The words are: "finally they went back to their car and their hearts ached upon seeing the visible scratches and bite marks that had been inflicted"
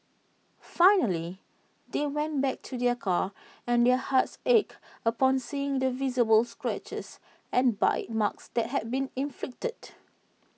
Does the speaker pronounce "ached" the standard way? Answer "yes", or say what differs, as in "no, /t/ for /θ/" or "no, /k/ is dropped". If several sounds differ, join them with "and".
no, /t/ is dropped